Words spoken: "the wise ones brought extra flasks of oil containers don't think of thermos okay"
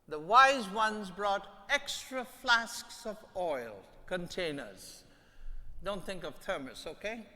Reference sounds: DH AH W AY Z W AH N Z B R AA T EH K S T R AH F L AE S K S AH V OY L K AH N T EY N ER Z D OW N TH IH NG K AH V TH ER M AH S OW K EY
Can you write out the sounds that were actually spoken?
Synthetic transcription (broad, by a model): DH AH W AY Z W AH N Z B R AA T EH K S T R AH F L AE S K S AH V OY L K AH N T EY N ER Z D OW N TH IH NG K AH V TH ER M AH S OW K EY